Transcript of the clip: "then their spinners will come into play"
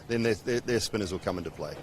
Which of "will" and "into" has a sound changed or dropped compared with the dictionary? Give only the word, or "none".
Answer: none